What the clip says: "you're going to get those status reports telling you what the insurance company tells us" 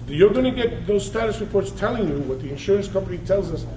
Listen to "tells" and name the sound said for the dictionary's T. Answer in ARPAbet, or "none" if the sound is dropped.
T